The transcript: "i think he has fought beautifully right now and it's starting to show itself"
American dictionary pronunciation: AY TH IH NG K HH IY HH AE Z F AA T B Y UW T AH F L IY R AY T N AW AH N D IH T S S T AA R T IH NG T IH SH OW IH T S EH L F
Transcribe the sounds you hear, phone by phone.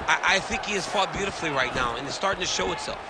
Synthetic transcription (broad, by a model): AY TH IH NG K HH IY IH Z F AA T B Y UW T AH F L IY R AY T N AW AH N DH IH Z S S T AA R T IH NG T IH SH OW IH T S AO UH